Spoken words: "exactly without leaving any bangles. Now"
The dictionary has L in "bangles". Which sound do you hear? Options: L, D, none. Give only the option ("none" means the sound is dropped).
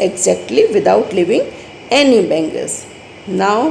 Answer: none